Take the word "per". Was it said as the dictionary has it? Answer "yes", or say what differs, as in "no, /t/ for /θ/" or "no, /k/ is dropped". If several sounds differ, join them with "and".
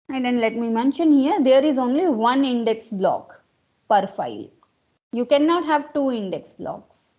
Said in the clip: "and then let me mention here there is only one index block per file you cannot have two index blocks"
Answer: yes